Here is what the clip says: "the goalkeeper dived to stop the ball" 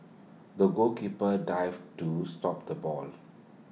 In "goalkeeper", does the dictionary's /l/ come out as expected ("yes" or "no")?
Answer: no